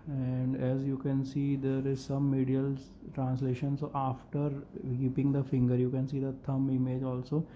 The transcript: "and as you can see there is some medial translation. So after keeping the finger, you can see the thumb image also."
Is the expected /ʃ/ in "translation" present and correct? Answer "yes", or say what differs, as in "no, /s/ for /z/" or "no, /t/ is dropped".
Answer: yes